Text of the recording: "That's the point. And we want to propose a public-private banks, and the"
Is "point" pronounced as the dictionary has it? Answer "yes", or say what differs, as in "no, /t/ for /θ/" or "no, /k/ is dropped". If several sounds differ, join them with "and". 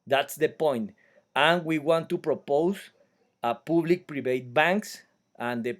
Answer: yes